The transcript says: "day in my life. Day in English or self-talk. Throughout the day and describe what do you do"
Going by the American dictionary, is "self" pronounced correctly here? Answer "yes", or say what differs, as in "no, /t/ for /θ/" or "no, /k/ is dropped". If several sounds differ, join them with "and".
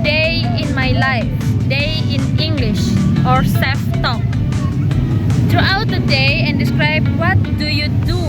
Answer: no, /l/ is dropped